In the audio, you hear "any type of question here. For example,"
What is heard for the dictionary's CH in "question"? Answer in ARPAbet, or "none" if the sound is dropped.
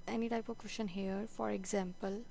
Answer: SH